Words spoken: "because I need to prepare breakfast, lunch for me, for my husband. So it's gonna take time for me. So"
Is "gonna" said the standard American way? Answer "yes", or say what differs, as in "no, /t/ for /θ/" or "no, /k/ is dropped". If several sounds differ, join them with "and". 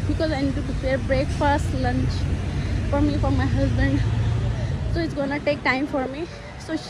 yes